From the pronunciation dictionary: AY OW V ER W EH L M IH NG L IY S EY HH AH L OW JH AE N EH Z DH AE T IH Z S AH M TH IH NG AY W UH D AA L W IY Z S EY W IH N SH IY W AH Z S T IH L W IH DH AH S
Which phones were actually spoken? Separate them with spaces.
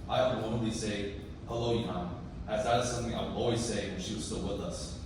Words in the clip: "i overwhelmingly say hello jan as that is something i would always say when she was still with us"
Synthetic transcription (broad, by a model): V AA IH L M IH L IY S EY HH AH L OW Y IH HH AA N DH AE T IH Z S AH M TH IH NG AY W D AA L W IY Z S EY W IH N SH IY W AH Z S T IH L W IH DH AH S